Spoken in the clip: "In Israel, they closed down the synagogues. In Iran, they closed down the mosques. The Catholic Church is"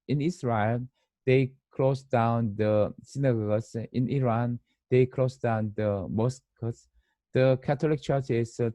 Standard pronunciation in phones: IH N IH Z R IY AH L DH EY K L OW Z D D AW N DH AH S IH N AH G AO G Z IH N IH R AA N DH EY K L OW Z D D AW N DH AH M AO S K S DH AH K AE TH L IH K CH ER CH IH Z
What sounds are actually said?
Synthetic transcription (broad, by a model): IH N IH S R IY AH L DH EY K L OW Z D D AW N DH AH S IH N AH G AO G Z IH N IH R AA N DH EY K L OW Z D D AW N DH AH M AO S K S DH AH K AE T L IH K CH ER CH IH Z